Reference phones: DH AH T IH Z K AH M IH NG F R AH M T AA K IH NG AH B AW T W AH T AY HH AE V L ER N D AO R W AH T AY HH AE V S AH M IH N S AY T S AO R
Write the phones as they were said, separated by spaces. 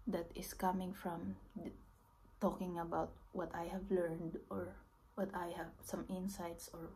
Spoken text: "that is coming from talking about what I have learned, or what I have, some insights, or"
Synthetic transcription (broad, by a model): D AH T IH S K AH M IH NG F R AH M T AA K IH NG AH B AW T W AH T AY HH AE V L ER N D AO R W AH T AY HH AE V S AH M IH N S AY T S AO R